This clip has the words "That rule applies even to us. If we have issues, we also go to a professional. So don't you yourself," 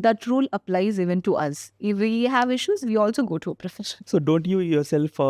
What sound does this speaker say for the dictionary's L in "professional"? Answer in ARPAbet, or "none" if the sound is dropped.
N